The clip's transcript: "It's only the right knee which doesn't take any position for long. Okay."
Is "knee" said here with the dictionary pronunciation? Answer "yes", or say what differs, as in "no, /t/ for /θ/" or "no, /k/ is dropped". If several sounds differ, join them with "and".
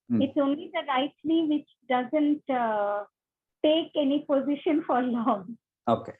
no, /l/ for /n/